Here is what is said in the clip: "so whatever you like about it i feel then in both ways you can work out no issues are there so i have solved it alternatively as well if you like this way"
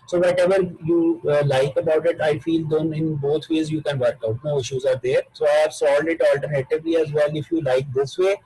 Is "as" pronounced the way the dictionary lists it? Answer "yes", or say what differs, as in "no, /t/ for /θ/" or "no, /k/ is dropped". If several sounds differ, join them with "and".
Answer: yes